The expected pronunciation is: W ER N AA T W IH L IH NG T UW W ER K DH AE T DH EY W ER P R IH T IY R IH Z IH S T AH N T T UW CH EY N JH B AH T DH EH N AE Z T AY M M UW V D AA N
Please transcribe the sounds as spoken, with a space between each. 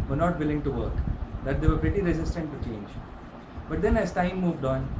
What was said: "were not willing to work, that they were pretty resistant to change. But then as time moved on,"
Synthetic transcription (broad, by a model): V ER N AA T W IH L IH NG T UW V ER K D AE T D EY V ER P R IH T IY R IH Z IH S T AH N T T UW CH EY N JH B AH T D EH N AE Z T AY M M UW V D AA N